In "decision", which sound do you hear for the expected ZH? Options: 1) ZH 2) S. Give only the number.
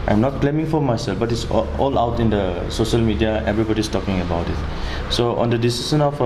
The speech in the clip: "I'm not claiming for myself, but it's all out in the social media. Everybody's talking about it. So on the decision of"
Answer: 2